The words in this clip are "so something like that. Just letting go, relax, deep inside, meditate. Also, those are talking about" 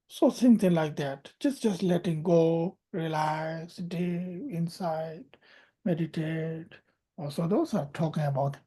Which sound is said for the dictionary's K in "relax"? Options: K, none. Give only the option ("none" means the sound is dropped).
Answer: none